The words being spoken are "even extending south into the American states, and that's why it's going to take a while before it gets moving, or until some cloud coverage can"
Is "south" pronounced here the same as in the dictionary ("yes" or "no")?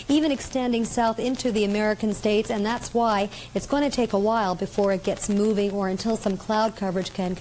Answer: yes